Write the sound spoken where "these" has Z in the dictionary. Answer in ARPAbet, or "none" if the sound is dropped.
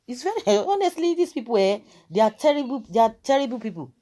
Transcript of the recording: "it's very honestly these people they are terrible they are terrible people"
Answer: S